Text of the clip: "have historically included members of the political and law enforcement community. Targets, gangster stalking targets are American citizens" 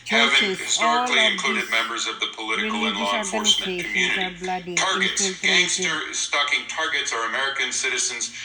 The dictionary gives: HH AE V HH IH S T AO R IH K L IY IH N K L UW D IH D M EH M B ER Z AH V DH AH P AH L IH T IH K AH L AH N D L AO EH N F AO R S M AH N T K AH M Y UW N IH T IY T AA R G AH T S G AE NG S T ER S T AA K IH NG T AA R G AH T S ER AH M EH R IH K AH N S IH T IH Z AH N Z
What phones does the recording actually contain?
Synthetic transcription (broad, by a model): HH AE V HH IH S T AO R IH K L IY IH N K L UW D IH D M EH M B ER Z AH V DH AH P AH L IH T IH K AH L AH N L AO F AO R S M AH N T K M Y UW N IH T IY T AA R G AH T S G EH S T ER S T AA K IH NG T AA R G AH T S ER AH M EH R IH K AH N S IH T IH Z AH N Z